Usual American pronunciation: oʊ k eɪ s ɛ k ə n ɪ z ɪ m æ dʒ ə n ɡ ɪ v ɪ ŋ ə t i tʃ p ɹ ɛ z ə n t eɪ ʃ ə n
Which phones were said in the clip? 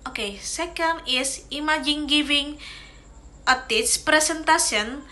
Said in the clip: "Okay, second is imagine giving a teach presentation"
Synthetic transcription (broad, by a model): oʊ k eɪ s ɛ k ə n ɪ s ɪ m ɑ dʒ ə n ɡ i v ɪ ŋ ə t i s p ɹ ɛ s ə n t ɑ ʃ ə n